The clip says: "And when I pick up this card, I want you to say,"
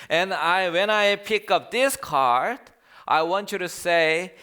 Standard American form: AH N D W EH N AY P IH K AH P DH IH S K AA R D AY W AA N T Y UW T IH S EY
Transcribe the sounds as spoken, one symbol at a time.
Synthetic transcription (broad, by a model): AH N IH W EH N AY P IH K AH P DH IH S K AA R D AY W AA N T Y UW T IH S EY